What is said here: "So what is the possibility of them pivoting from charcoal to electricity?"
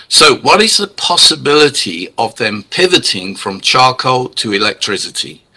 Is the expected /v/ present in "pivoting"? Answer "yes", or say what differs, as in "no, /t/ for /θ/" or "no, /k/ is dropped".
yes